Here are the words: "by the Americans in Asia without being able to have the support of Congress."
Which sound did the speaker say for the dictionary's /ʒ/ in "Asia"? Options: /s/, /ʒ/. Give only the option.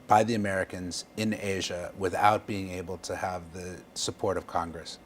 /ʒ/